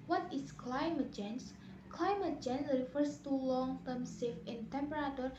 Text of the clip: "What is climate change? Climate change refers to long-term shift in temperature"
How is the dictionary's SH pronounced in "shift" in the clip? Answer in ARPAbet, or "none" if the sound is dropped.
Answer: S